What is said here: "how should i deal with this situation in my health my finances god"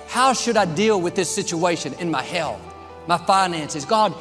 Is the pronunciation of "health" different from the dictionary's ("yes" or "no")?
no